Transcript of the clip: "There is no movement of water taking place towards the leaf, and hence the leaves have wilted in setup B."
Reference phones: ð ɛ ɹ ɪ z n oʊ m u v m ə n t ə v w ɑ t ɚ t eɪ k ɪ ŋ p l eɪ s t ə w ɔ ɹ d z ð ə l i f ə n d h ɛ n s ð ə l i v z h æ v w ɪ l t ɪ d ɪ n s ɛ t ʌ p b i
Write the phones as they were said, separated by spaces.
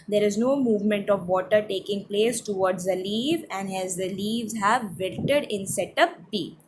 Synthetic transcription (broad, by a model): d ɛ ɹ ɪ z n oʊ m u v m ə n t ə v ɑ t ɚ t eɪ k ɪ ŋ p l eɪ s t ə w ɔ ɹ d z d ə l i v ə n d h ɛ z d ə l i v z h æ v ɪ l t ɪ d ɪ n s ɛ t ʌ p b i